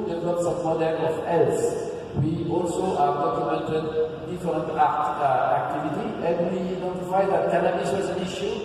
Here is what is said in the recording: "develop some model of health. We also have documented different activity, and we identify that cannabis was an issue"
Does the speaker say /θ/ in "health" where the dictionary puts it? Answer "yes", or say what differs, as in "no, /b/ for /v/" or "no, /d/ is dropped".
no, /s/ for /θ/